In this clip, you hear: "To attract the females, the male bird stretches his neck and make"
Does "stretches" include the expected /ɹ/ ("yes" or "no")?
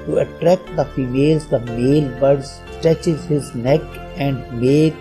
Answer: no